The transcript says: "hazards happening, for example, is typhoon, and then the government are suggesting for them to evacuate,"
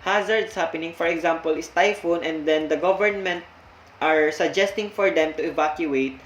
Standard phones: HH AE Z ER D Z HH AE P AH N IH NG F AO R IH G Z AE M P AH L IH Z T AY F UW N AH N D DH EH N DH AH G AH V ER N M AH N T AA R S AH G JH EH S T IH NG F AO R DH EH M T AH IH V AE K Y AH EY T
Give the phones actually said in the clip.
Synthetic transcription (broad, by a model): HH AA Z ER D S HH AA P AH N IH NG F AO R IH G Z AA M P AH L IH S T AY F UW N AH N D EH N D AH G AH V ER N M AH N T AA R S AH G JH EH S T IH NG F AO R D EH M T AH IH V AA K Y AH EY T